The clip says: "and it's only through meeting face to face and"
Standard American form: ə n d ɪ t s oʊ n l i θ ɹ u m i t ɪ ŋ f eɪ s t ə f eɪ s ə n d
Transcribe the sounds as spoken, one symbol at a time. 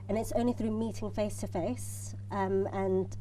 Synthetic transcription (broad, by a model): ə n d ɪ t s oʊ n l i θ ɹ u m i t ɪ ŋ f eɪ s t ə f eɪ s ə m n